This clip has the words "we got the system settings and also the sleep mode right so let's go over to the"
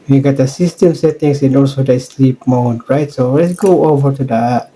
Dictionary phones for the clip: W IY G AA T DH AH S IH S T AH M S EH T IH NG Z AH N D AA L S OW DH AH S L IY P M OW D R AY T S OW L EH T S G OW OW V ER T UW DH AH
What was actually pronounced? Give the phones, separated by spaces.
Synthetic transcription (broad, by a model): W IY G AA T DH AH S IH S T AH M S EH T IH NG S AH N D AA L S OW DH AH S L IY P M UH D R AY T S OW L EH T S G OW OW V ER T UW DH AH